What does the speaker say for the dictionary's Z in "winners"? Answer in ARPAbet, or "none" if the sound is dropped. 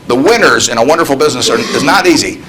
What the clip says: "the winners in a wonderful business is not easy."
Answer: Z